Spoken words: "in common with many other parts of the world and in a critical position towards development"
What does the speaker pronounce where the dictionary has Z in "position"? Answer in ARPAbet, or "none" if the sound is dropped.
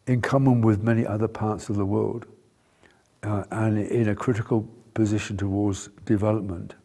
Z